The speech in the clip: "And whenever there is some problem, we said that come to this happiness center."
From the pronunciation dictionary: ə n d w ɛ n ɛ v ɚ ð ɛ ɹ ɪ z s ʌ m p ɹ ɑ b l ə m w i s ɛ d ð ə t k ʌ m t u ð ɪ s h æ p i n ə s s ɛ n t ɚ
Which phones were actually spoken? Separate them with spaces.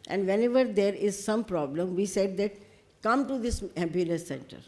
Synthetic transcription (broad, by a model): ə n d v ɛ n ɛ v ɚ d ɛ ɹ ɪ z s ʌ m p ɹ ɑ b l ə m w i s ɛ d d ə t k ʌ m t u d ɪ s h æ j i l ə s s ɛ n t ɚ